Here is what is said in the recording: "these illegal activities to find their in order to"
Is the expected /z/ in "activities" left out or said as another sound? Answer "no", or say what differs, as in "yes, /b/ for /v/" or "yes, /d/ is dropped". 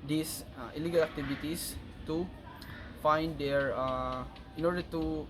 yes, /s/ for /z/